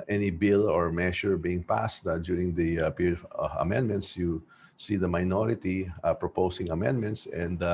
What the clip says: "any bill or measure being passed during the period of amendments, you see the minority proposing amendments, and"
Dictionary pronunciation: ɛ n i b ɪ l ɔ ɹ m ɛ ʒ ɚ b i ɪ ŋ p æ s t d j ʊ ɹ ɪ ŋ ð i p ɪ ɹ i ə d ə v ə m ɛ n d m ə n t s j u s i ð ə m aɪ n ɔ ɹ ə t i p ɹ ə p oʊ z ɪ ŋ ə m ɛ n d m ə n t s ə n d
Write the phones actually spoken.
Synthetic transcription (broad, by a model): ɛ n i b ɪ l ɔ ɹ m ɛ ʃ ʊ b i ɪ ŋ p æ s t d j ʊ ɹ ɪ ŋ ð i p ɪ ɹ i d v ə m ɛ n d m ə n t s j u s i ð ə m aɪ n ɔ ɹ ə t i p ɹ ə p oʊ s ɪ ŋ ə m ɛ n d m ə n t s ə n d